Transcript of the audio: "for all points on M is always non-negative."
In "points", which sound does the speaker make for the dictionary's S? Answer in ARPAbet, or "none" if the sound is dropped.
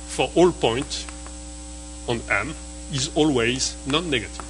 none